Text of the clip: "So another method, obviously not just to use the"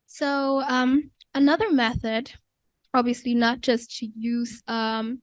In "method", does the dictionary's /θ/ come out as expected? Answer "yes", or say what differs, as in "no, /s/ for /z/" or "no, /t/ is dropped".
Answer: yes